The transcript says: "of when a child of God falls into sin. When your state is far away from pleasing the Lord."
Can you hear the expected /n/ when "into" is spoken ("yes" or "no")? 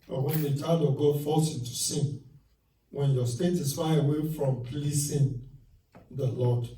no